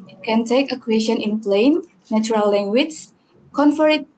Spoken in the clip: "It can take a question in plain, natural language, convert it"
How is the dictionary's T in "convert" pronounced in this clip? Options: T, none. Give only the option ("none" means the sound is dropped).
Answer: none